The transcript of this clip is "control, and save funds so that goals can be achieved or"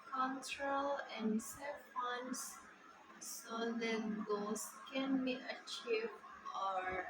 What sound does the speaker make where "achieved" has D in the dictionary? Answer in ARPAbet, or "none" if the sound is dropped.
none